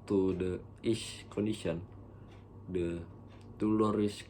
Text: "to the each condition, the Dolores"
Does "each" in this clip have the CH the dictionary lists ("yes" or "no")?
no